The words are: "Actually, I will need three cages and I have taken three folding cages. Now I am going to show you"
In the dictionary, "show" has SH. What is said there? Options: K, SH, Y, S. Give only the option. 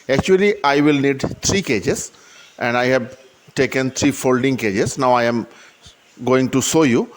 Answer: S